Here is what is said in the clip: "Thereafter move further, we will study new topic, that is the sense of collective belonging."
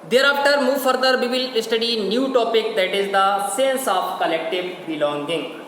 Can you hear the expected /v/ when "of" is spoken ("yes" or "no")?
no